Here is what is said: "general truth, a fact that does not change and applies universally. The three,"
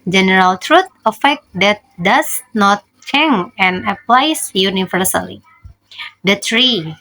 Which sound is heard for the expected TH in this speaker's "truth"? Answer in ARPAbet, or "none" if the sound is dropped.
T